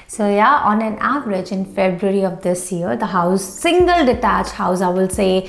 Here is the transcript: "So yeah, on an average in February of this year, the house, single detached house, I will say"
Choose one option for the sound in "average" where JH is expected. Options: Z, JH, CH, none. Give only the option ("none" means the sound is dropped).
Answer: JH